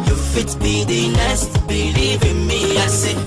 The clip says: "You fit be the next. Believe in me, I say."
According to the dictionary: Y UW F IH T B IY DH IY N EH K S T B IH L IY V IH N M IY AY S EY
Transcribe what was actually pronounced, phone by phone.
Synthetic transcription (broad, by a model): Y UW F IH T B IY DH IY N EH S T B IH L IY V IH M IY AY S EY